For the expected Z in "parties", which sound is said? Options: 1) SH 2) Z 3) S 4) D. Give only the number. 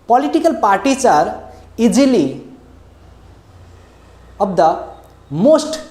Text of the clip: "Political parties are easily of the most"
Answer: 3